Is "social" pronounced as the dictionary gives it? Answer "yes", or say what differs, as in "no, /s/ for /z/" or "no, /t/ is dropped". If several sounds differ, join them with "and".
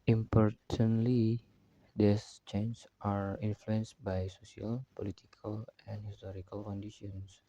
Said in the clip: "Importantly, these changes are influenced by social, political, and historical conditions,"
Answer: no, /s/ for /ʃ/